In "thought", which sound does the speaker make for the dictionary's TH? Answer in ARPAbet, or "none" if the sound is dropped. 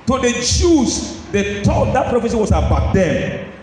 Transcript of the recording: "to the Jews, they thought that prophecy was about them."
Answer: T